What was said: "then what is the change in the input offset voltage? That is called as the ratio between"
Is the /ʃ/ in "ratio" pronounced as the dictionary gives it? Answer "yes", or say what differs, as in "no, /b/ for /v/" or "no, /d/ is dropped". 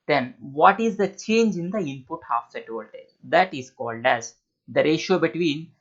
yes